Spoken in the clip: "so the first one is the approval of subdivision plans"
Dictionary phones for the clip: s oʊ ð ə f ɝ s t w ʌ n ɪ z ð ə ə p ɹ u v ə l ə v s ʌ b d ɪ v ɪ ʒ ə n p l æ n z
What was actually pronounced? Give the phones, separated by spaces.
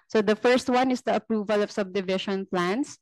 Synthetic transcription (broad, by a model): s oʊ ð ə f ɝ s t w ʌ n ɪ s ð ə ə p ɹ u v ə l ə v s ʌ b d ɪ v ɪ ʃ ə n p l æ n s